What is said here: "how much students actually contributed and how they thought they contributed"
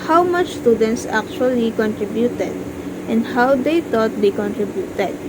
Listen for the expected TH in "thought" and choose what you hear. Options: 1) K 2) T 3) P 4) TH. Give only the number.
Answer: 2